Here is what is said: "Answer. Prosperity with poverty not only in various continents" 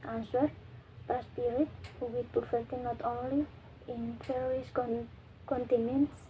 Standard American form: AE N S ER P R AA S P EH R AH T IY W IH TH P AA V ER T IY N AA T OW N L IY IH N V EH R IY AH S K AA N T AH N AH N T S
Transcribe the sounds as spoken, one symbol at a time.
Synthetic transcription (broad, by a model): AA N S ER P R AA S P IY R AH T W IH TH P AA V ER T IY N AA T OW N L IY IH N F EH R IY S K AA N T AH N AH N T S